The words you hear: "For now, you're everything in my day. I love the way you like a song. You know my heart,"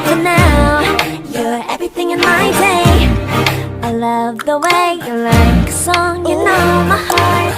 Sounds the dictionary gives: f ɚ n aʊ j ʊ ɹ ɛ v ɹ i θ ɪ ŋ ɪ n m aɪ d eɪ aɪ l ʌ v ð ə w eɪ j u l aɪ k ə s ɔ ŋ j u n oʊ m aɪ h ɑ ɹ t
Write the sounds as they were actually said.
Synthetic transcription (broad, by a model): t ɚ n aʊ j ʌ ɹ ɛ v ɹ i θ ɪ ŋ ɪ n m aɪ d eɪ aɪ l ʌ v ð ə w eɪ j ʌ l aɪ k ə s ɔ ŋ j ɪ n oʊ m aɪ h ɑ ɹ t